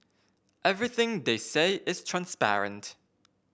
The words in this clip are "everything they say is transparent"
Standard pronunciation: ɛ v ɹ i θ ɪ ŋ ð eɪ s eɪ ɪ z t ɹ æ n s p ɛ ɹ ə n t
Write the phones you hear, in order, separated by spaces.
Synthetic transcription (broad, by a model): ɛ v ɹ i θ ɪ ŋ ð eɪ s eɪ ɪ z t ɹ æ n s p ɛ ɹ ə n t